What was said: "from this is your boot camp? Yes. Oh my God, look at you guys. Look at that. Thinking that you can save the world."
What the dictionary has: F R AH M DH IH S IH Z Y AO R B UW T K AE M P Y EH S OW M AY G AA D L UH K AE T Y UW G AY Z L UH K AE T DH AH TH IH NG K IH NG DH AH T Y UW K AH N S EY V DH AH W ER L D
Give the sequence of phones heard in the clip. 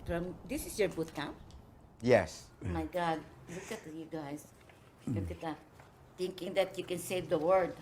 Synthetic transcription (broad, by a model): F R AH M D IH S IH S Y AO R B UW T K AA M Y EH S M AY G AA D L UH K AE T Y UW G AY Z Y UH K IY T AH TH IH NG K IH NG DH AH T Y UW K AH N S EY V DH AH W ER D